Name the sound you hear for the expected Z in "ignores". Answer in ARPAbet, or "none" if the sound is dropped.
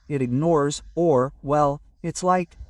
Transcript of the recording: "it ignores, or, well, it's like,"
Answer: Z